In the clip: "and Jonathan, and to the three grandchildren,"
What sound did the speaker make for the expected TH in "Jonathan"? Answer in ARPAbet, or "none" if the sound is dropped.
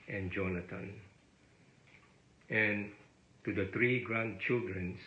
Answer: T